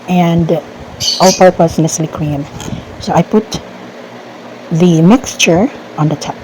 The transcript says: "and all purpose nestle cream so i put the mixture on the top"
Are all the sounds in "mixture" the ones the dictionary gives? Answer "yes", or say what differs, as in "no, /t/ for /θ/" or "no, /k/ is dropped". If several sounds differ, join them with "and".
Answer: yes